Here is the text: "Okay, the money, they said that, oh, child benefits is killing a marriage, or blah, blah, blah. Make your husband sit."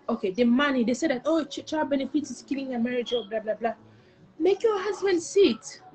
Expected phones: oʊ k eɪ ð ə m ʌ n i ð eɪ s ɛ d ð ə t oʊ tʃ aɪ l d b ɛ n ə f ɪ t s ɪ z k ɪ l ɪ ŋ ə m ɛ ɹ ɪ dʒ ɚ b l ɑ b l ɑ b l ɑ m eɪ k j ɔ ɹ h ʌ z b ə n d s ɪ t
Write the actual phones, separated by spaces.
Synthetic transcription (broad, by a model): oʊ k eɪ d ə m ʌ n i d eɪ s ɛ d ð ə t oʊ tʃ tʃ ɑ b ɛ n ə f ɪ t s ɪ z k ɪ l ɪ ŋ ə m ɛ ɹ ɪ dʒ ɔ b l ɑ b l ɑ b l ɑ m eɪ k j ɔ h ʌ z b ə n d s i t